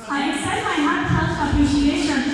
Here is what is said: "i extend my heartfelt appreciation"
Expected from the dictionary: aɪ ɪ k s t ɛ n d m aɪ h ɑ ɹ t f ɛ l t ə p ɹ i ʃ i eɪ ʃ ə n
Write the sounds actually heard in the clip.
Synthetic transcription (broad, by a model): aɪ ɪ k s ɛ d m aɪ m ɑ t ɛ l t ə p ɹ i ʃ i eɪ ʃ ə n